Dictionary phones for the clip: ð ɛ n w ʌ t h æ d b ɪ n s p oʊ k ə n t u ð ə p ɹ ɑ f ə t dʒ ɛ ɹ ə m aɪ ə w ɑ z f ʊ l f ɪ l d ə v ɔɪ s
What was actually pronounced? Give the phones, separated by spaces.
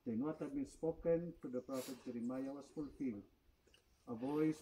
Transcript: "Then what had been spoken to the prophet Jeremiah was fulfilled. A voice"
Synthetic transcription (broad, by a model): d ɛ n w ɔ t h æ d b ɪ n s p oʊ k ə n t u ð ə p ɹ ɑ f ə t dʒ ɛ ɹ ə m aɪ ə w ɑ s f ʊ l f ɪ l ə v ɔɪ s